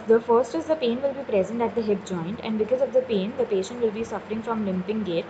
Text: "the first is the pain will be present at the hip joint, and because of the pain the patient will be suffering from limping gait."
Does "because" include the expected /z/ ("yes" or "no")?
yes